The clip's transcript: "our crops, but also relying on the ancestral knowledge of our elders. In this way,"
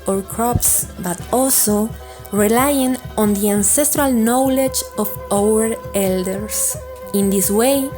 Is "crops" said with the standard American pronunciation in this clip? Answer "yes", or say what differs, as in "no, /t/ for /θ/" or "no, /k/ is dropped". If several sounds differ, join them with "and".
yes